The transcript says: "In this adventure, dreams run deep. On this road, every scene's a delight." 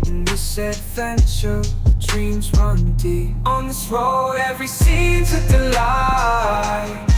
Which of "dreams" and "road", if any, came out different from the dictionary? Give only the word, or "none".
road